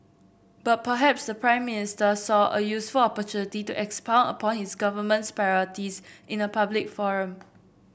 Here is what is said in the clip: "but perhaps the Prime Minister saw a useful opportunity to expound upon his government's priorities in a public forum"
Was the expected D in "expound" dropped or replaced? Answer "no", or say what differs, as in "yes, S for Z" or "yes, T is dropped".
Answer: yes, D is dropped